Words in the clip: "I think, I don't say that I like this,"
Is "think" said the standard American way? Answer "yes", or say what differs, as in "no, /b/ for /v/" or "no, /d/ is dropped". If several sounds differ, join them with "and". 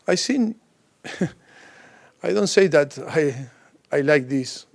no, /s/ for /θ/